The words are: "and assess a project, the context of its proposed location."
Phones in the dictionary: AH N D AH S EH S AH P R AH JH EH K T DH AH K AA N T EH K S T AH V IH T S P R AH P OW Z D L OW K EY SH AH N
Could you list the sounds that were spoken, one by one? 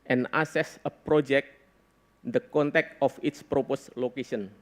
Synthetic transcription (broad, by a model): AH N AH S EH S AH P R AH JH EH K T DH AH K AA N T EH K T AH F IH T S P R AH P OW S L OW K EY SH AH N